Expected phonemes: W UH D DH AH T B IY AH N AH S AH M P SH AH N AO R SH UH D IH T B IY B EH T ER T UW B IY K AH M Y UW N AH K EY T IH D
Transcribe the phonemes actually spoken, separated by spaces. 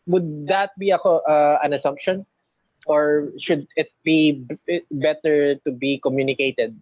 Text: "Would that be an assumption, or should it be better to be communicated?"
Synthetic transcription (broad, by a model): W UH D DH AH T B IY AH N AH S AH M P SH AH N AO R SH UH D IH T B IY B EH T ER T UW B IY K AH M Y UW N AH K EY T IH D